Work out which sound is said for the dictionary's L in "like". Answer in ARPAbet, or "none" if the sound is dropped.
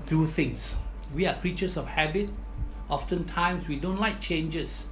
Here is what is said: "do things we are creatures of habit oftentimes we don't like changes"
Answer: L